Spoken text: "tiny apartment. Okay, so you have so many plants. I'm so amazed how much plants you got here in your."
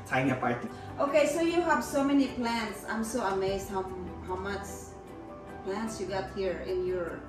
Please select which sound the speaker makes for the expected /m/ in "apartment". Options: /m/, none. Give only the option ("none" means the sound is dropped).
none